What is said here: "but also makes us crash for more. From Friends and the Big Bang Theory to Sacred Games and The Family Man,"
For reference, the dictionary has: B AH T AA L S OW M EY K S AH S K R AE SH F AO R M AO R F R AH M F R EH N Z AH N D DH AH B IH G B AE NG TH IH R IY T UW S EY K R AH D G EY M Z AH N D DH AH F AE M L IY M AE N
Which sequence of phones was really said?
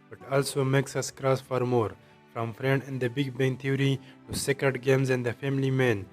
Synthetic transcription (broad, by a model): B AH T AA L S OW M EY K S AH S K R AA S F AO R M AO R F R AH M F R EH N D AH N D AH B IH G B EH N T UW R IY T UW S EY K R AH D G EY M Z AH N D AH F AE M L IY M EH N